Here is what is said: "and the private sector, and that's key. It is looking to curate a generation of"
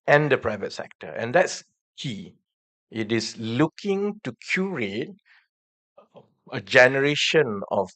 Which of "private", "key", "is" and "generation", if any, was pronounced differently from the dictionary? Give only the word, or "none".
is